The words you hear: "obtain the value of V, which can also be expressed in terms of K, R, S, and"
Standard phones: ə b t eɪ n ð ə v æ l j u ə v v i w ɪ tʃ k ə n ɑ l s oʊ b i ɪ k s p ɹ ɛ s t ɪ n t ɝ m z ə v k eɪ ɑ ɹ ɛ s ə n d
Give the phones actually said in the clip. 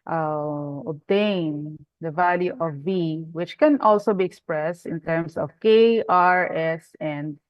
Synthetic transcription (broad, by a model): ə b t eɪ n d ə v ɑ l j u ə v v i w ɪ tʃ k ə n ɑ l s oʊ b i ɪ k s p ɹ ɛ s t ɪ n t ɝ m s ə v k eɪ ɑ ɹ ɛ s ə n d